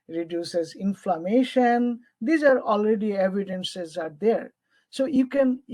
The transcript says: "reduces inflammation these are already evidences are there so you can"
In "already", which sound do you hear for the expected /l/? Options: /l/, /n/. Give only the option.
/l/